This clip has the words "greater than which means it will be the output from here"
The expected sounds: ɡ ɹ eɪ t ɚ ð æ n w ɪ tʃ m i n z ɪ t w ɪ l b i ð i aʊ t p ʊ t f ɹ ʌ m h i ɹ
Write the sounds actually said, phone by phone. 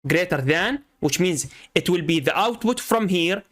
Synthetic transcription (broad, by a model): ɡ ɹ eɪ t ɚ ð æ n w ɪ tʃ m i n z ɪ t w ɪ l b i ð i aʊ t p ʊ t f ɹ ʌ m h i ɹ